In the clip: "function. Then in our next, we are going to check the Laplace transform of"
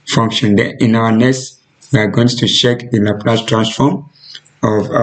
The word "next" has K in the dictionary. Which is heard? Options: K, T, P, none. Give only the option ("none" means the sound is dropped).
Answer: none